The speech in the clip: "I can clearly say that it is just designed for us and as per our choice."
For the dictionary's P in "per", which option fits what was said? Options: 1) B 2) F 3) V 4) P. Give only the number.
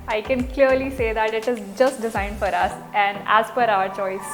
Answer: 2